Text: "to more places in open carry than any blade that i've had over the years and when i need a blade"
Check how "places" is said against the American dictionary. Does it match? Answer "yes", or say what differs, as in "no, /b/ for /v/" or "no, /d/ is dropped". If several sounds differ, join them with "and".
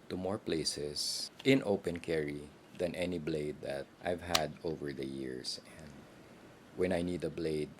no, /s/ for /z/